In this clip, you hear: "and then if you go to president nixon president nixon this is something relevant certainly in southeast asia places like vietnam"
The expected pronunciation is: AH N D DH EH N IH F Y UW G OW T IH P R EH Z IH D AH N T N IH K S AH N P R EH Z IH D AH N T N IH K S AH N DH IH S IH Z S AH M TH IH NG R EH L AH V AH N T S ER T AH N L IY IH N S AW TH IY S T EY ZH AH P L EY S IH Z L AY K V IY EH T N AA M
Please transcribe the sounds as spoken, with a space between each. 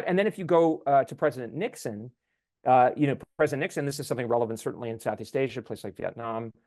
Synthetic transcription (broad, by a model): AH N DH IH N IH F Y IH G OW T IH P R EH Z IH D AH N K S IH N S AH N P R EH Z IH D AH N N IH K S AH N DH IH S IH Z S AH M TH IH NG R EH L AH V AH N T S ER T N L IY IH N S AW TH IY S T EY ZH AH P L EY IH S L AY K V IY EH T N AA M